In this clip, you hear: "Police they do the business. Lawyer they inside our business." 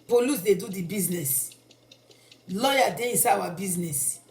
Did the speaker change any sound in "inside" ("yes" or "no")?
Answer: yes